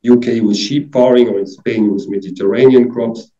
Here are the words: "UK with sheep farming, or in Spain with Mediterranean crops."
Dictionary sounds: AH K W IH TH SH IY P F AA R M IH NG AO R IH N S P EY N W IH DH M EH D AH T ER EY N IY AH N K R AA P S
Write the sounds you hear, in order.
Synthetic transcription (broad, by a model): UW K W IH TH SH IY P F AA R IH NG AO R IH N S P EY N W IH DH M EH D AH T ER EY N IY AH N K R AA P S